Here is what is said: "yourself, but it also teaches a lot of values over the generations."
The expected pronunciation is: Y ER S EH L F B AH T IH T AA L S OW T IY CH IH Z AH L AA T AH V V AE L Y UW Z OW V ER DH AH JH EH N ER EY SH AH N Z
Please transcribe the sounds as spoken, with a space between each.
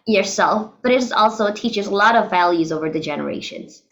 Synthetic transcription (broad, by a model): Y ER S EH L F B AH T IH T AA L S OW T IY CH IH Z AH L AA T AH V V AE L Y UW Z OW V ER DH AH JH EH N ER EY SH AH N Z